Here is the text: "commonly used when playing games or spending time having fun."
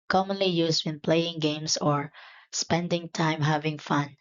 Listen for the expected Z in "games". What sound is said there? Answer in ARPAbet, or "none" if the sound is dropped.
S